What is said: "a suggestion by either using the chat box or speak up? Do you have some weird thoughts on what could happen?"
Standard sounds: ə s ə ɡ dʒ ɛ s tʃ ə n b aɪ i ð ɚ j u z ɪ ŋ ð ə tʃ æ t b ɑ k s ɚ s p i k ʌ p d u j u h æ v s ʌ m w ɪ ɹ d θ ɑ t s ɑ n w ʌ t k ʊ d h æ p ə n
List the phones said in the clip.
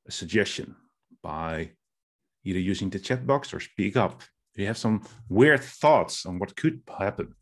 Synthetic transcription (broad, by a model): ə s ə ɡ dʒ ɛ s tʃ ə n b aɪ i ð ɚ j u z ɪ ŋ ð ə tʃ æ t b ɑ k s ɚ s p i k ʌ p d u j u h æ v s ʌ m w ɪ ɹ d θ ɑ t s n w ʌ t k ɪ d h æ p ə n